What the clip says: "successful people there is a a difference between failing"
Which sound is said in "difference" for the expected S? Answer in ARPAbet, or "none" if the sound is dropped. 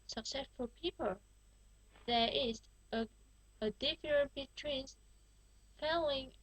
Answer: none